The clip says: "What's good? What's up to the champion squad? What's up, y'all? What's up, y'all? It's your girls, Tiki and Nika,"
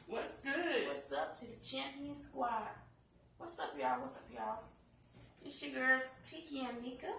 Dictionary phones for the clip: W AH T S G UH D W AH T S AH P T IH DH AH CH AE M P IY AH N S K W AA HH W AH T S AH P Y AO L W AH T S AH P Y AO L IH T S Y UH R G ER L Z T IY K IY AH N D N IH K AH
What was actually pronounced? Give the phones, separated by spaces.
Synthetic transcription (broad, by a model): W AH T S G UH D W AH T S AH P T IH DH AH CH AE M P IY AH N S K W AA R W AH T S AH P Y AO W AH T S AH P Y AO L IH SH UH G ER Z T IY K IY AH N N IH K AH